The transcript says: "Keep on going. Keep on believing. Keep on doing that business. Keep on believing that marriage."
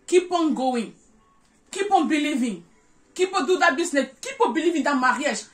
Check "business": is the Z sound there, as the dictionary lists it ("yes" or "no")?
no